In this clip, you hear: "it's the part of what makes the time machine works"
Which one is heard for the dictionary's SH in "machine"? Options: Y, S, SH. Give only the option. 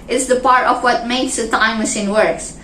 S